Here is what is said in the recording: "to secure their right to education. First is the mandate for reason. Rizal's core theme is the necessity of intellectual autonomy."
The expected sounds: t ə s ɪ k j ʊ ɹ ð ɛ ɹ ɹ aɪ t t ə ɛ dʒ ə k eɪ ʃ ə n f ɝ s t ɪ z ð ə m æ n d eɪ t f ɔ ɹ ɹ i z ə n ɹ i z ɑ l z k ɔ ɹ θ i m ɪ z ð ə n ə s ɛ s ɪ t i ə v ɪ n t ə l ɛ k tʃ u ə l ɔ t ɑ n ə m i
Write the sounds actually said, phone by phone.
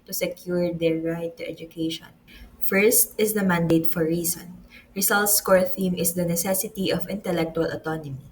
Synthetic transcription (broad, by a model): t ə s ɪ k j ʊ ɹ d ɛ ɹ ɹ aɪ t t ɛ dʒ ə k eɪ ʃ ə n f ɝ s t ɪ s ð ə m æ n d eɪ t f ɔ ɹ ɹ i s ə n ɹ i s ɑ l s k ɔ ɹ θ i m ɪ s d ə n ə s ɛ s ɪ t i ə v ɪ n t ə l ɛ k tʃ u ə l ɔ t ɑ n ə m i